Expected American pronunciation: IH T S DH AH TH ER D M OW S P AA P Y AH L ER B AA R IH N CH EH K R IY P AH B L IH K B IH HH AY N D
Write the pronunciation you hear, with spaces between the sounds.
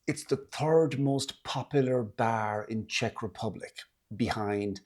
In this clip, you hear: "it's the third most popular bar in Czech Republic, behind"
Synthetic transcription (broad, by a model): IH T S DH AH TH ER D M OW S P AA P Y L ER B AA R IH N CH EH K R IY P AH B L IH K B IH HH AY N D